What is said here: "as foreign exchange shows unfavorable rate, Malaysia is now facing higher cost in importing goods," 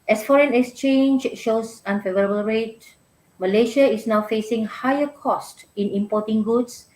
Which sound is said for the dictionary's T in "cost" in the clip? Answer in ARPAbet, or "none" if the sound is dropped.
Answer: T